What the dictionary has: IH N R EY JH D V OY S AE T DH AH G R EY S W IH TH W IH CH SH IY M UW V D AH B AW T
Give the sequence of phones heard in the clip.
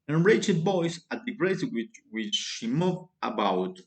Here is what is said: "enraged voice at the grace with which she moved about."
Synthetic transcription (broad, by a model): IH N R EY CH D B OY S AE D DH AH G R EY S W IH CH W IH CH SH IY M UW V AH B AW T